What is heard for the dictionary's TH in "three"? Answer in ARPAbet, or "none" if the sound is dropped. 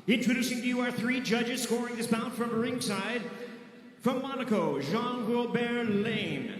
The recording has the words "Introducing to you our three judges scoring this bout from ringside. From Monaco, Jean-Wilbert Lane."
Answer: TH